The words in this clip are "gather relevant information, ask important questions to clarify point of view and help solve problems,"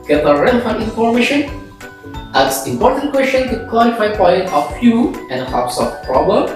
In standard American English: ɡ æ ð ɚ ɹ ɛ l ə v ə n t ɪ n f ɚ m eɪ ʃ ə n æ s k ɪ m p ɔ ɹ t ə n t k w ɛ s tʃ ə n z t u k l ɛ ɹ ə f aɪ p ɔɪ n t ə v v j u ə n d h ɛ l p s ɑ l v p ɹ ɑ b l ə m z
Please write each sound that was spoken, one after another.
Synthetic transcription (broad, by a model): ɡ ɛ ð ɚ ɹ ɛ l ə f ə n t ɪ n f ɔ m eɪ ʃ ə n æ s ɪ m p ɔ ɹ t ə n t k w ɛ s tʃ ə n t u k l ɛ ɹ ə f aɪ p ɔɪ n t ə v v j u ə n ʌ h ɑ p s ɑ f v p ɹ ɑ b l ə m